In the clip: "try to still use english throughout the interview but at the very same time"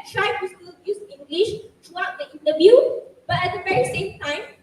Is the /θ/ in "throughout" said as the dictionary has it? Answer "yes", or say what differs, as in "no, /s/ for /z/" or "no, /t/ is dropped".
no, /t/ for /θ/